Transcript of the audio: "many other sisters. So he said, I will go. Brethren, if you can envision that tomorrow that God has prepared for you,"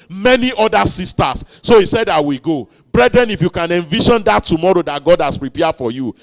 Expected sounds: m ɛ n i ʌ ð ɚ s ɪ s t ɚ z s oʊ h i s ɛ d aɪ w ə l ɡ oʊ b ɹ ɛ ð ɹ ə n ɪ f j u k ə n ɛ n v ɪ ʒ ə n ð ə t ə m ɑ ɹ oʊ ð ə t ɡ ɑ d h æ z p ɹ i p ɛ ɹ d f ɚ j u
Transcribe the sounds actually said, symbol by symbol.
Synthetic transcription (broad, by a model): m ɛ n i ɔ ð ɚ s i s t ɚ s oʊ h i s ɛ d aɪ w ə ɡ oʊ b ɹ ɛ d ɹ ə n ɪ f j u k ə n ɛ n v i ʃ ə n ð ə t ə m ɑ ɹ oʊ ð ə t ɡ ɑ d h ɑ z p ɹ i p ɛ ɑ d f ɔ j u